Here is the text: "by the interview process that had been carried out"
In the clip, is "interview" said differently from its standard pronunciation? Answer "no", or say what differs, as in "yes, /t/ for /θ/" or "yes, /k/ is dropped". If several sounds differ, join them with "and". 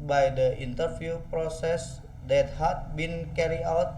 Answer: yes, /f/ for /v/